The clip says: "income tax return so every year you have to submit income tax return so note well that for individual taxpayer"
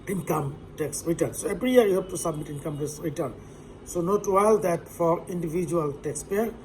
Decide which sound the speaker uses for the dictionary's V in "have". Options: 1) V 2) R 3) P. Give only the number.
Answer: 3